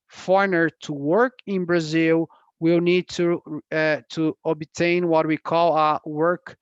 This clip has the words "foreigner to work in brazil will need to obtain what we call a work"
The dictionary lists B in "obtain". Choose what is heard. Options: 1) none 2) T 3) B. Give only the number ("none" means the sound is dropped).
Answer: 3